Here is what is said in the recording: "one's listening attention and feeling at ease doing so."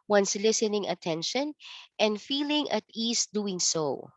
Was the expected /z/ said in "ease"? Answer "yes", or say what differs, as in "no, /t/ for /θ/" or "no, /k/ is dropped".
no, /s/ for /z/